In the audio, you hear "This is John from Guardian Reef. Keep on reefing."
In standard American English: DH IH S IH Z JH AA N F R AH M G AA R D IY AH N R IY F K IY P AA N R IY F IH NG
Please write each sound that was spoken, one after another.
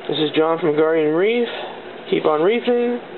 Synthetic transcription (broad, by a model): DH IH S IH Z JH AA N F R AH M G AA R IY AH N R IY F K IY P N R IY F IH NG